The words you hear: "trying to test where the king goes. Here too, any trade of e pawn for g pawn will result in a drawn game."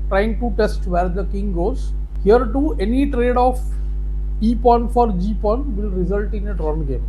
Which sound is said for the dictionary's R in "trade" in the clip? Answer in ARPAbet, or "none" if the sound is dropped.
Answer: R